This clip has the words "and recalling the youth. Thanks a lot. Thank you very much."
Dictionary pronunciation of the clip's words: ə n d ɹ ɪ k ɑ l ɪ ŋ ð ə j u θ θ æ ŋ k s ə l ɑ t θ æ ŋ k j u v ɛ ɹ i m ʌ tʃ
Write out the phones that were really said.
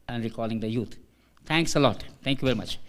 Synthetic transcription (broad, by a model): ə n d ɹ ɪ k ɑ l ɪ ŋ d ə j u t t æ ŋ k s ə l ɑ t t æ ŋ k j u v ɛ ɹ i m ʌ tʃ